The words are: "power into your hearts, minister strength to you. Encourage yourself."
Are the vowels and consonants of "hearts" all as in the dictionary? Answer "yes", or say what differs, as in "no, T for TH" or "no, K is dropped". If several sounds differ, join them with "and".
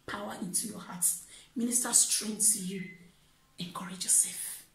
no, S is dropped